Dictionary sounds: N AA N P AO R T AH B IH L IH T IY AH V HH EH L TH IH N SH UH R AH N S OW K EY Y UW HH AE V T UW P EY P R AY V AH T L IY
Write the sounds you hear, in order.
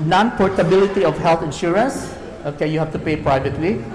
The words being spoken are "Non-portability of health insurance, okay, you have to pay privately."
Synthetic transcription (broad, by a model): N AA N P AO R T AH B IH L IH T IY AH F HH EH L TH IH N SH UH R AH N S OW K EY Y UW HH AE F T UW P EY P R AY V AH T L IY